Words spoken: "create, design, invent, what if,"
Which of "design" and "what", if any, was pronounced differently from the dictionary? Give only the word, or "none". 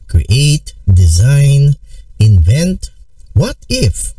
none